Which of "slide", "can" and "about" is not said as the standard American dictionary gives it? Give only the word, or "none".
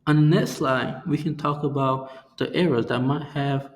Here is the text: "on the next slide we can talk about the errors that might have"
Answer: none